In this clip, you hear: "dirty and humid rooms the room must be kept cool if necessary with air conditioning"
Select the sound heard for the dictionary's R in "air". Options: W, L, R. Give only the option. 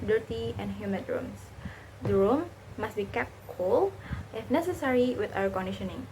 W